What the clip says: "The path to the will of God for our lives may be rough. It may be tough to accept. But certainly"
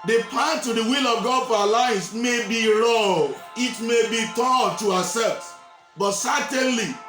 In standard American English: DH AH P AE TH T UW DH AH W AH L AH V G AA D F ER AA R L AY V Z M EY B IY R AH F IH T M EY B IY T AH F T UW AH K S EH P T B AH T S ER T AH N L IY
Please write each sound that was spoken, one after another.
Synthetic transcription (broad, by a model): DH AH P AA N T UW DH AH W AH L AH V G AA D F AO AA L AY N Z M EY B IY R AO IH T M EY B IY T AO T UW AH S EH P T B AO T S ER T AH N L IY